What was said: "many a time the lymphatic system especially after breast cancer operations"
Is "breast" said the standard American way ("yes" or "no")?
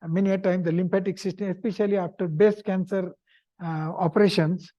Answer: no